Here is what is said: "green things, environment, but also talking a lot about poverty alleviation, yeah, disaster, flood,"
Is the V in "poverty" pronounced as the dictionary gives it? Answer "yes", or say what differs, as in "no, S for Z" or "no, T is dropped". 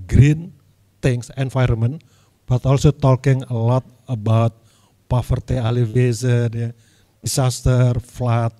no, F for V